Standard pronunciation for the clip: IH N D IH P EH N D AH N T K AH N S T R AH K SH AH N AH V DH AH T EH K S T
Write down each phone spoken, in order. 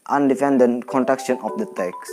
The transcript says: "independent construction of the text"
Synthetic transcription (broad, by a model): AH N D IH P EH N D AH N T K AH N T R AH K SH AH N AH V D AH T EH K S